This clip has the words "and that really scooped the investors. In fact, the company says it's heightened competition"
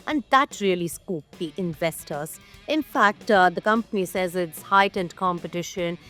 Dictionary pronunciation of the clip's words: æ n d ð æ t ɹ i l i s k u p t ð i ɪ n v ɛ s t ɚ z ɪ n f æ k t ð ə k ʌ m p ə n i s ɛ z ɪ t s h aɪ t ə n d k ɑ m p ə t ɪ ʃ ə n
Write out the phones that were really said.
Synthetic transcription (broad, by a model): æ n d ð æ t ɹ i l i s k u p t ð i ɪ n v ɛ s t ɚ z ɪ n f æ k t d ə k ʌ m p ə n i s ɛ z ɪ t s h aɪ t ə n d k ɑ m p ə t ɪ ʃ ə n